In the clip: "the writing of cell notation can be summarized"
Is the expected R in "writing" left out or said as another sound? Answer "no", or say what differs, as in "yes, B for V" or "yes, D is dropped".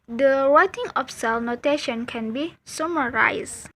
yes, W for R